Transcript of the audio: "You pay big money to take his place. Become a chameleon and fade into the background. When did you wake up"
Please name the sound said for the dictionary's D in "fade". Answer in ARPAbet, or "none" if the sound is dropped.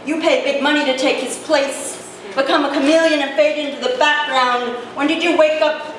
D